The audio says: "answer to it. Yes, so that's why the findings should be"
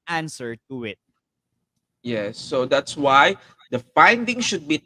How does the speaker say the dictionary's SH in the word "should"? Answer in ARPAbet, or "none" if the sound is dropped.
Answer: SH